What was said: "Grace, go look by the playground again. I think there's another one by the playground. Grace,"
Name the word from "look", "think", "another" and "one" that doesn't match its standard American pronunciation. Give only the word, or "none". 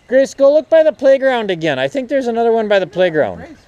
none